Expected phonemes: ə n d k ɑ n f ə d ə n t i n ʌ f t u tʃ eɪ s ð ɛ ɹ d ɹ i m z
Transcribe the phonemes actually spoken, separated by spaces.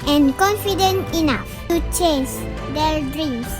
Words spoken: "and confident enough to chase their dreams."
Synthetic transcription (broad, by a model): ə n k ɑ n f ə d ə n t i n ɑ f t u tʃ eɪ s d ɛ l d ɹ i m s